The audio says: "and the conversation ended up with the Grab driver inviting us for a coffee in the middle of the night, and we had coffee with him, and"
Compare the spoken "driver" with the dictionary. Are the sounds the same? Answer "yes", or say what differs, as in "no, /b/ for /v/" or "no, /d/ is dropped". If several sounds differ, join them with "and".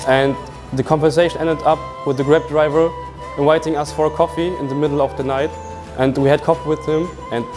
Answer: yes